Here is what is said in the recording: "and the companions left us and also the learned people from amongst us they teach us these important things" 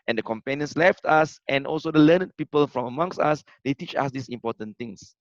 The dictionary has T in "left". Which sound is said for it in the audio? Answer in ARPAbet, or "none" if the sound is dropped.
T